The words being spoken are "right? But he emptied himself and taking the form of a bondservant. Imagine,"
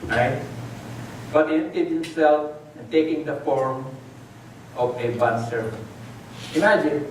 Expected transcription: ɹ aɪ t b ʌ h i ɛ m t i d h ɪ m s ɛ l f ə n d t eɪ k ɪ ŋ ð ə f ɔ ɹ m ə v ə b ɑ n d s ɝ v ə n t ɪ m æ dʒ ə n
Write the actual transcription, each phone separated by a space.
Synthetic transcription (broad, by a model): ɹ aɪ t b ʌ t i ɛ t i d h ɪ m s ɛ l f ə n t eɪ k ɪ ŋ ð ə f ɔ ɹ m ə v ə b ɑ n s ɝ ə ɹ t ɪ m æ dʒ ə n